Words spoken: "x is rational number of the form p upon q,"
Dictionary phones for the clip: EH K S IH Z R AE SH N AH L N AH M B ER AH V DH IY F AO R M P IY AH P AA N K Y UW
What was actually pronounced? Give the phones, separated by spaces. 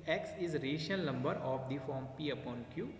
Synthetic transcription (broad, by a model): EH K S IH Z R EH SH AH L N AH M B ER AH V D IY F AO R M P IY AH P AA N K Y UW